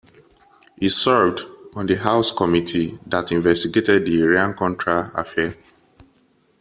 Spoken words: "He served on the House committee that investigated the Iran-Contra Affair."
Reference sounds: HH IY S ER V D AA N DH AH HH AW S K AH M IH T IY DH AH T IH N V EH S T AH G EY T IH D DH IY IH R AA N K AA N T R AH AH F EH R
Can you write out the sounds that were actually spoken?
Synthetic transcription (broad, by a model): HH IY S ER V D AA N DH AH HH AW S K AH M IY T IY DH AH T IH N V EH S T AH G EY T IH D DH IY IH R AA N K AA N T R AH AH F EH